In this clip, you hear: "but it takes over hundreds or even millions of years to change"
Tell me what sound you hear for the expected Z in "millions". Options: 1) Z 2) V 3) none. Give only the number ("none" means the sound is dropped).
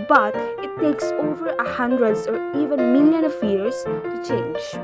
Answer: 3